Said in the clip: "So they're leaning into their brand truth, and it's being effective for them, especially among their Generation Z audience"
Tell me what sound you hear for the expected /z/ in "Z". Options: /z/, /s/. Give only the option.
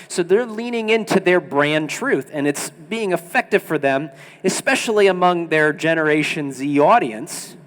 /z/